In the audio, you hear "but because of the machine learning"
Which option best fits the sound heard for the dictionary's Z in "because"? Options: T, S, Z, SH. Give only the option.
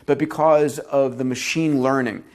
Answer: Z